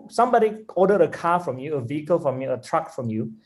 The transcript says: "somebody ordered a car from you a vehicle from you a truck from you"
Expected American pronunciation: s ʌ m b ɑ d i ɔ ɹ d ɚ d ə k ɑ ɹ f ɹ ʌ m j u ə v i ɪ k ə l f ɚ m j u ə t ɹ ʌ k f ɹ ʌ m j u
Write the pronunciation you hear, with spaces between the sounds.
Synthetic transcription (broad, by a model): s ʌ m b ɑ d i ɔ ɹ d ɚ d ə k ɑ f ɹ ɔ m j u ə v i ɪ k ə l f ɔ m j u ə t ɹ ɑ k f ɹ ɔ m j u